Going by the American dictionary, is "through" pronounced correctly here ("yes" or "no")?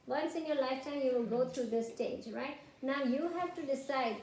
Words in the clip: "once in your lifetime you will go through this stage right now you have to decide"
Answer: no